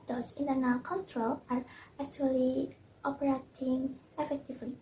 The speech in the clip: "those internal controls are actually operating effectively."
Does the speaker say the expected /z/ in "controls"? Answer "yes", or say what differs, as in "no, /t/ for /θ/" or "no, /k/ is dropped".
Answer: no, /z/ is dropped